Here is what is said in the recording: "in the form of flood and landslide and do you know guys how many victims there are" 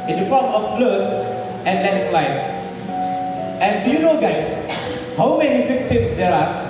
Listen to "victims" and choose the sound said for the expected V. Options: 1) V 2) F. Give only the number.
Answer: 2